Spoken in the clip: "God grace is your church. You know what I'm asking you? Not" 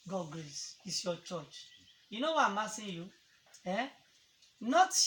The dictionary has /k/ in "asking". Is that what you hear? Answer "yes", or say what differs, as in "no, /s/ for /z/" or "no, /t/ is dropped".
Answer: no, /k/ is dropped